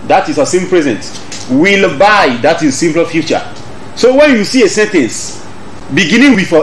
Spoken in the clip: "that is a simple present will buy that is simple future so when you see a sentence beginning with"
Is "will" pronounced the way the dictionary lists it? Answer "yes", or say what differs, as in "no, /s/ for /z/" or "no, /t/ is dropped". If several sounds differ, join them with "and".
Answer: yes